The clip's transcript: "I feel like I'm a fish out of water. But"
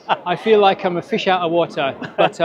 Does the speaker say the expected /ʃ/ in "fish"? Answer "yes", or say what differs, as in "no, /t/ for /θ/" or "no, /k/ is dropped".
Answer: yes